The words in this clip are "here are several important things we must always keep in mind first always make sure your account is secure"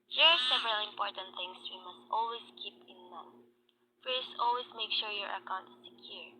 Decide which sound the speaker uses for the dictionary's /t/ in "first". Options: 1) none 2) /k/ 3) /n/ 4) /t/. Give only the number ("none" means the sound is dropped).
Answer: 1